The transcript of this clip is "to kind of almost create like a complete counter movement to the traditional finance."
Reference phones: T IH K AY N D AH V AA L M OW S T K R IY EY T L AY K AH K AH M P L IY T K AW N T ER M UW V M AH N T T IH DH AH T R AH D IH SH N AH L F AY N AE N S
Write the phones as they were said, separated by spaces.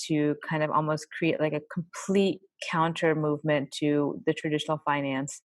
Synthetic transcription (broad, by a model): T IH K AY N D AH V AA L M OW S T K R IY EY T L AY K AH K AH M P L IY T K AW N T ER M UW V M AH N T T IH DH AH T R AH D IH SH N L F AY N AE N S